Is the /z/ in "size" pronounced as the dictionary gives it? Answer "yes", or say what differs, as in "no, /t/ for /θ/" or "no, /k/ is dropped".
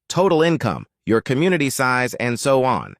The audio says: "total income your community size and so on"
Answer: yes